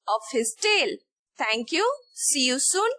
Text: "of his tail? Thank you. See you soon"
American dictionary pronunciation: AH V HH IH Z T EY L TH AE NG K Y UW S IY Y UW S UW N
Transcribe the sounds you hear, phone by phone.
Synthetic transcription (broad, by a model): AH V HH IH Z T EY L T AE NG K Y UW S IY Y UW S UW N